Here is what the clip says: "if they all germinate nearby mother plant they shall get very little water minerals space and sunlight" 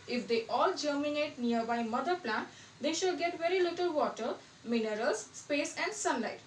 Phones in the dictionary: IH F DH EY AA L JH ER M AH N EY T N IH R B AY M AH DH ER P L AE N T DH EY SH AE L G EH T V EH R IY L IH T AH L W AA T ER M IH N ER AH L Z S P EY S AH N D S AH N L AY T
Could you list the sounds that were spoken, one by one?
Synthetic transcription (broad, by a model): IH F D EY AA L JH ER M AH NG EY T N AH R B AY M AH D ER P L AE N T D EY SH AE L G EH T V EH R IY L IH T AH L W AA T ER M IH N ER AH L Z S P EY S AH N D S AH N L AY T